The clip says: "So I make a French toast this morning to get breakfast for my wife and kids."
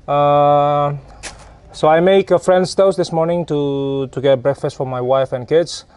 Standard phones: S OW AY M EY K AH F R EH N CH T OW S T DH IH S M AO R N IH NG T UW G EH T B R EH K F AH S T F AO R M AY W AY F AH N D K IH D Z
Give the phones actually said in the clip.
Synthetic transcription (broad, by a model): S OW AY M EY K AH F R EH N S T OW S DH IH S M AO R N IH NG T UW G EH T B R EH K F AH S T F AO R M AY W AY F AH N K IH D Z